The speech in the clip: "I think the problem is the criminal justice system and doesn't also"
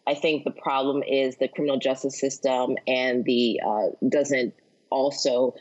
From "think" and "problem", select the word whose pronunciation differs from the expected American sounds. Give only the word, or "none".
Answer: none